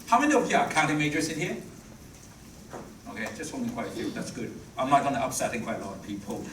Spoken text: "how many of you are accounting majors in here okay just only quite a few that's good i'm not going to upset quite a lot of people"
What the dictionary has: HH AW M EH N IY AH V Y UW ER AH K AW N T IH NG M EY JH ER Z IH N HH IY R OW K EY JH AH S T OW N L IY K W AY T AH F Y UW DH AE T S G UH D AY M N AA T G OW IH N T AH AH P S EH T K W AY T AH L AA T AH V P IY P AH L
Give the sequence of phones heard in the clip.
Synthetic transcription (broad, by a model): HH AW M EH N IY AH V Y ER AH K AW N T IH M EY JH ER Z IH N HH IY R OW K EY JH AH S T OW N IY K W AY T AH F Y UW DH AE T S G UH D AY M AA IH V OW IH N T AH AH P S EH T K W AY T AH L AA T AH V P IY P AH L